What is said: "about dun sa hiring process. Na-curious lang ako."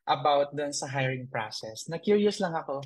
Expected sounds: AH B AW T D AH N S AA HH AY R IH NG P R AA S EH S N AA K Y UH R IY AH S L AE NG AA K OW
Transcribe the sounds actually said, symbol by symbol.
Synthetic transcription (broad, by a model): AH B AW T D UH N S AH HH AY R IH NG P R AA S EH S N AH K Y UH R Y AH S L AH NG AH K OW